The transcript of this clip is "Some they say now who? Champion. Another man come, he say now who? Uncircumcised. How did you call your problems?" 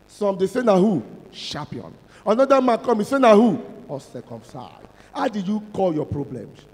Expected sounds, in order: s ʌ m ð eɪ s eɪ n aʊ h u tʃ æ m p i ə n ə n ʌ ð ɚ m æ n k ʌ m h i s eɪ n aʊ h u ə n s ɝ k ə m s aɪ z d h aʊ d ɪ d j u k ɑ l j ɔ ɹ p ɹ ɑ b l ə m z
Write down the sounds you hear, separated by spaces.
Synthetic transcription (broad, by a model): s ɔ m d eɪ s eɪ n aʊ h u ʃ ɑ p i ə n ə n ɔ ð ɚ m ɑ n k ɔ m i s eɪ n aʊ h u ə s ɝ k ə m s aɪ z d h aʊ d ɪ d j u k ɑ l j ɔ p ɹ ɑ b l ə m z